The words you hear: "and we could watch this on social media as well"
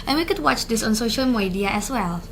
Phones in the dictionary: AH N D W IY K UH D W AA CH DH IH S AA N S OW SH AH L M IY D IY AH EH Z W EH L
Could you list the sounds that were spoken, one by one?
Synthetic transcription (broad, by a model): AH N W IY K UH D W AA CH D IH S AA N S OW SH AH L M IY D IY AH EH S W EH L